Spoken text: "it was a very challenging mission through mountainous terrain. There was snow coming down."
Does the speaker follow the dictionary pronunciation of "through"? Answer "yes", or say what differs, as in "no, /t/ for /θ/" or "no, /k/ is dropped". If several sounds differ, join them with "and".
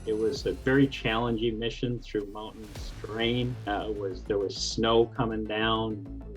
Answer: yes